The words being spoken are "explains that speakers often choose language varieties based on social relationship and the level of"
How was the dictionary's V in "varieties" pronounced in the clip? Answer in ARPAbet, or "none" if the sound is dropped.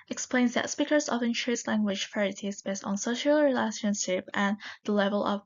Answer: F